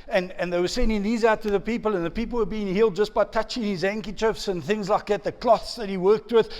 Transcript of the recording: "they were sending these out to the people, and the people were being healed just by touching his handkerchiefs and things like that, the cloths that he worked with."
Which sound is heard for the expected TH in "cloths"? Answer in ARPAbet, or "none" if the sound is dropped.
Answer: TH